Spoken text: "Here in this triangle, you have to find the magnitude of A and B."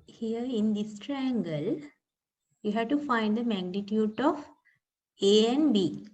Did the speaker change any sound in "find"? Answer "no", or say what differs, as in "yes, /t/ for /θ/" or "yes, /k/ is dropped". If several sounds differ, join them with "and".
no